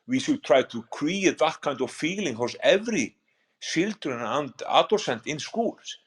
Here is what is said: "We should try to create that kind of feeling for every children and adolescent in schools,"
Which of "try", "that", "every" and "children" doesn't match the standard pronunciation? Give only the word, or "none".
children